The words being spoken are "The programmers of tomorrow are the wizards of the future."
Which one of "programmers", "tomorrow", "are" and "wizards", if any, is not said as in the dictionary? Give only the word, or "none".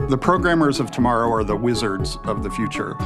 none